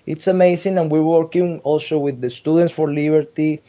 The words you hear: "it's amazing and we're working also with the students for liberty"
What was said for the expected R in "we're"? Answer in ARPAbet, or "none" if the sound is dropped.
R